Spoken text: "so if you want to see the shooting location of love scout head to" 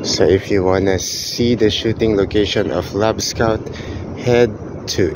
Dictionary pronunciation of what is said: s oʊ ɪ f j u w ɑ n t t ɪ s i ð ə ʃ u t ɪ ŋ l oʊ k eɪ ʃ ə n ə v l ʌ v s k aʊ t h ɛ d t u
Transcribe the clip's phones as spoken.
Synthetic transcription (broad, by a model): s oʊ ɪ f j u w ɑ n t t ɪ s i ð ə ʃ u t ɪ ŋ l oʊ k eɪ ʃ ə n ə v l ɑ b s k aʊ t h ɛ d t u